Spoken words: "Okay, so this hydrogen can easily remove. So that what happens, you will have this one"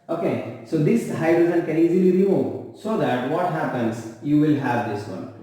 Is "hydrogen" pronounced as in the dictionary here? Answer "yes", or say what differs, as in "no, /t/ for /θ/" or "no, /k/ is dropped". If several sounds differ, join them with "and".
no, /z/ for /dʒ/